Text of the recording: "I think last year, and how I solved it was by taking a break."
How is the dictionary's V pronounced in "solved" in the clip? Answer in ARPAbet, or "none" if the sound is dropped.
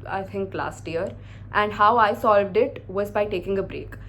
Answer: V